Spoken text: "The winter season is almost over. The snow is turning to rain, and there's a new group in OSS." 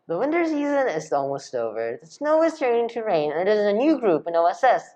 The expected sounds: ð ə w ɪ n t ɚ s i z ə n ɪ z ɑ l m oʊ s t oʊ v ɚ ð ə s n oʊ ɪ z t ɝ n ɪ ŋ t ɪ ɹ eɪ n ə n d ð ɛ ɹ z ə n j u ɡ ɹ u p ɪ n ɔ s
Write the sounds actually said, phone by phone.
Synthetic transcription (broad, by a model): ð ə w ɪ n t ɚ s i z ə n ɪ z ɑ l m oʊ s t oʊ v ɚ ð ə s n oʊ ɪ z t ɝ n ɪ ŋ t ɪ ɹ eɪ n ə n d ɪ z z ə n j u ɡ ɹ u p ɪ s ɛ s